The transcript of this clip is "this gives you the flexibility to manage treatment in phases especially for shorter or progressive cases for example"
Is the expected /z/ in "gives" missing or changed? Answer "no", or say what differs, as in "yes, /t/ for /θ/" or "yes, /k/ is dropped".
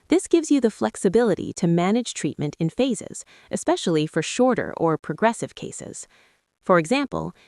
no